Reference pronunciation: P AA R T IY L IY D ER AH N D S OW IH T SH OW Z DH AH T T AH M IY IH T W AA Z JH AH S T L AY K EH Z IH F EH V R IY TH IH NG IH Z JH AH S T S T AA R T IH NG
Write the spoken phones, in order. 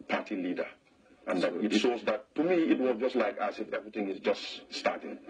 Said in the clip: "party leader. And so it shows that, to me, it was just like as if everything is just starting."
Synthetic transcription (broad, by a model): P AA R T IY L IY D ER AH N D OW IH T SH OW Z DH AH T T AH M IY IH T W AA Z JH AH S T L AY K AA S IH F EH V R IY TH IH NG IH Z JH AH S T S T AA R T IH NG